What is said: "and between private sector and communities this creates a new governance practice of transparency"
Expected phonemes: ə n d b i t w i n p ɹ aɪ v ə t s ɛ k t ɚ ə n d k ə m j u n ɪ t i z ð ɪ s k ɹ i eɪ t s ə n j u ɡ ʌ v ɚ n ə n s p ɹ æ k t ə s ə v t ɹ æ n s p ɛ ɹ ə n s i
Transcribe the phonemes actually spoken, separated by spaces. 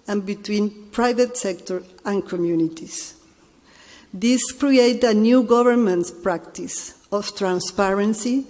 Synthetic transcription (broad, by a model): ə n b i t w i n p ɹ aɪ v ə t s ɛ k t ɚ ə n k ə m j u n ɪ t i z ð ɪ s k ɹ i eɪ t ə n j u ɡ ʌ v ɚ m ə n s p ɹ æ k t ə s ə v t ɹ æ n s p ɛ ɹ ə n s i